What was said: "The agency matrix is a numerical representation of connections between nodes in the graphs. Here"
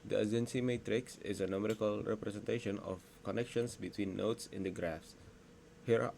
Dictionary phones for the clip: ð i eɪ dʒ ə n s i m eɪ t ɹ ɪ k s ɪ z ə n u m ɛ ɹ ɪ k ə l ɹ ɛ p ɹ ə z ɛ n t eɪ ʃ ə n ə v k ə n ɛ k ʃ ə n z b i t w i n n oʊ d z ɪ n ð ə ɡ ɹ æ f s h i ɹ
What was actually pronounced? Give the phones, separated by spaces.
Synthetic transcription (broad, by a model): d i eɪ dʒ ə n s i m eɪ t ɹ ɪ k s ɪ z ə n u m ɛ ɹ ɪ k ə l ɹ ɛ p ɹ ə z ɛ n t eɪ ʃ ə n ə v k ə n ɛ k ʃ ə n s b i t w i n n oʊ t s ɪ n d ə ɡ ɹ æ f s h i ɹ